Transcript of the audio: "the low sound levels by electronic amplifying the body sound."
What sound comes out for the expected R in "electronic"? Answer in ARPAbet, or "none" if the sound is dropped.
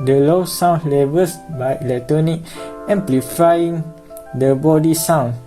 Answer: none